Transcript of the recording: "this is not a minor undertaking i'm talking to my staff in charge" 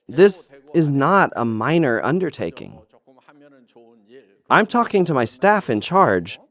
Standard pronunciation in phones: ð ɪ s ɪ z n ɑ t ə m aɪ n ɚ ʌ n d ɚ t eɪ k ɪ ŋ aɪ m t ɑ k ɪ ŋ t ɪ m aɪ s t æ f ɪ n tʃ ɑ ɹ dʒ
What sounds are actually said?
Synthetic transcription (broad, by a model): ð ɪ s ɪ z n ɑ t ə m aɪ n ɚ ʌ n d ɚ t eɪ k ɪ ŋ aɪ m t ɑ k ɪ ŋ t ɪ m aɪ s t æ f ɪ n tʃ ɑ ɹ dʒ